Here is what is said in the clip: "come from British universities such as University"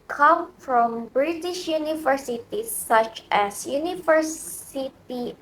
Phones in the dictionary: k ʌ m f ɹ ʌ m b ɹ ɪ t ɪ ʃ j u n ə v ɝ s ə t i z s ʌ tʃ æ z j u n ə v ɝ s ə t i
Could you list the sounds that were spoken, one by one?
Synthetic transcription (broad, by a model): k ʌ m f ɹ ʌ m b ɹ ɪ t ɪ ʃ j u n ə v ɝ s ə t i s ʌ tʃ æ s j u n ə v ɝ s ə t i